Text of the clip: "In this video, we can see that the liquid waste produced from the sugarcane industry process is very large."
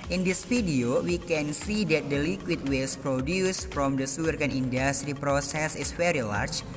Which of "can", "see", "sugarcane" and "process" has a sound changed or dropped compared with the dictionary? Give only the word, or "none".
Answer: sugarcane